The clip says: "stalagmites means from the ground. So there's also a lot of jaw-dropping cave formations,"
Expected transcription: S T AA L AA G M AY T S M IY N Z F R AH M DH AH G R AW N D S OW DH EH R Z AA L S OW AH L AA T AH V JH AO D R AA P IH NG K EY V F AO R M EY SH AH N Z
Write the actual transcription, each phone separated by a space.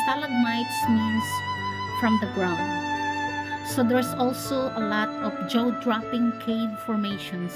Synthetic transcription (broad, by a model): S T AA L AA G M AY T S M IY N S F R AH M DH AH G R AW N D S OW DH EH R S AA L S OW AH L AA T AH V JH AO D R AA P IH NG K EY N F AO R M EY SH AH N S